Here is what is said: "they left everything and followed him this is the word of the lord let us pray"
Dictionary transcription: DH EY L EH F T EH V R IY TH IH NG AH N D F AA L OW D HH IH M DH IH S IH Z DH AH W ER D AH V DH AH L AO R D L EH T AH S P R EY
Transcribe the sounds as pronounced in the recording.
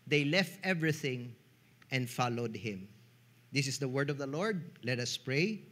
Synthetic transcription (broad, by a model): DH EY L EH F T EH V R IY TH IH NG AH N D F AA L OW D HH IH M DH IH S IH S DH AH W ER D AH V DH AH L AO R D L EH T AH S P R EY